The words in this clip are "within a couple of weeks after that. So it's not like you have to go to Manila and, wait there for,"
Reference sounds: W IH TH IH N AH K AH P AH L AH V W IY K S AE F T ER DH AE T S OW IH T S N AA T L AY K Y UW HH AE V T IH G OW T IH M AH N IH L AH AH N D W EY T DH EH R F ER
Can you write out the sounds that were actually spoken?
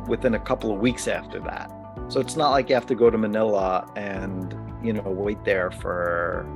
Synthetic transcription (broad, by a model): W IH TH IH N AH K AH P L AH V W IY K S AE F T ER DH AE T S OW IH T S N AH T L AY K Y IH HH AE F T IH G OW T IH M AH N IH L AH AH N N W EY T DH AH R F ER